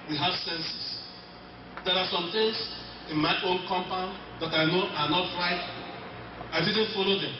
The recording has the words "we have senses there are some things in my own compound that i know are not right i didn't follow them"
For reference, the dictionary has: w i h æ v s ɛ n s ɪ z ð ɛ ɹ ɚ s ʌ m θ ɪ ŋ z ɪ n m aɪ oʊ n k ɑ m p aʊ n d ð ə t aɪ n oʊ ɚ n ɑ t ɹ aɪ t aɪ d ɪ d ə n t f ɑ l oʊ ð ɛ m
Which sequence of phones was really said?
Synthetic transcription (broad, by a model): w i h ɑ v s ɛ n s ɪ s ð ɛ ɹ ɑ s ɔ m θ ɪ ŋ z ɪ n m aɪ oʊ n k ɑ m p aʊ n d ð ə t aɪ n oʊ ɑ n ɑ t ɹ aɪ t aɪ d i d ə n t f ɑ l oʊ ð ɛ m